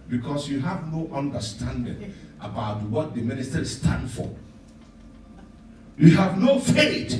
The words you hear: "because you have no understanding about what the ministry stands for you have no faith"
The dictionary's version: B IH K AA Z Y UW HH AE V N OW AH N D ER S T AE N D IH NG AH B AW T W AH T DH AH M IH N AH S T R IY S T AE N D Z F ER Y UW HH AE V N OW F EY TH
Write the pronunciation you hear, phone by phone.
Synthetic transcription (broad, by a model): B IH K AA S Y UW HH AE V N OW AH N D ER S T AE N D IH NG AH B AW T W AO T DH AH M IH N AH S T IY S T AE N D F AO Y UW HH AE V N OW F EY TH